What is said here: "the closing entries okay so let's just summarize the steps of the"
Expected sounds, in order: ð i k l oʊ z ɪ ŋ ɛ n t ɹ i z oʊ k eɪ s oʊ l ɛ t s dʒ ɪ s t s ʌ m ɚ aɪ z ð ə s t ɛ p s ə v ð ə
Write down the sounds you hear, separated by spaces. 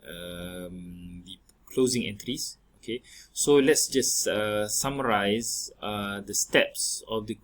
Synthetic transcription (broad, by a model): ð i k l oʊ z ɪ ŋ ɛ n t ɹ i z oʊ k eɪ s oʊ l ɛ t s dʒ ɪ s s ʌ m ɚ aɪ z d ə s t ɛ p s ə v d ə